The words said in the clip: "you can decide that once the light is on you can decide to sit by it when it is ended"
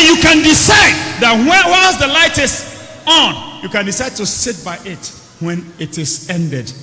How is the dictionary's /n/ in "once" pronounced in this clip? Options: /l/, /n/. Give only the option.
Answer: /l/